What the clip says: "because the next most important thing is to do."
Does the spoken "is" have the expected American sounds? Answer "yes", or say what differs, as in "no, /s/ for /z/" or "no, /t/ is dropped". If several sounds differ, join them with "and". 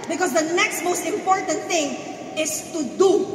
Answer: no, /s/ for /z/